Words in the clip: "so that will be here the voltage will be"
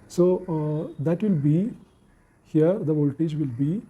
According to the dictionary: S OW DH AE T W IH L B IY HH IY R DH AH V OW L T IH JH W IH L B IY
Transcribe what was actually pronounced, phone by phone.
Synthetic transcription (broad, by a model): S OW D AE T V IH L B IY HH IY R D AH V OW L T IH JH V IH L B IY